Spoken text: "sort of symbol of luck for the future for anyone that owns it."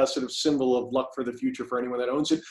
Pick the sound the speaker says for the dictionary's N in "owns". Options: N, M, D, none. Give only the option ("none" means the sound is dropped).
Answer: N